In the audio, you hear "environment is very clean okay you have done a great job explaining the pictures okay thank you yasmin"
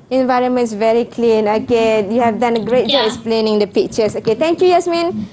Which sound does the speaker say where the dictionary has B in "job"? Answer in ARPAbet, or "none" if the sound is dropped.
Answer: none